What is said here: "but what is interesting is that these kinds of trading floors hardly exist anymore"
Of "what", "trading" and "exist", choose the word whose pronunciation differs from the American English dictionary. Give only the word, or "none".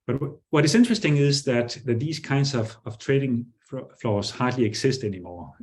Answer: exist